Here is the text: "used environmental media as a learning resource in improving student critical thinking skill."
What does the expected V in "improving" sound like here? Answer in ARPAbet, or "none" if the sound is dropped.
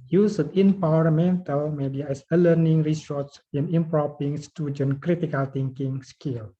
P